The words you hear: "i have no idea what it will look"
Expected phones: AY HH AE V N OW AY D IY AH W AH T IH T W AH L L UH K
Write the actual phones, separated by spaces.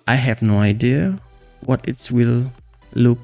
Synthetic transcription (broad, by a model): AY HH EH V N OW AY D IY AH W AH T IH T W AH L L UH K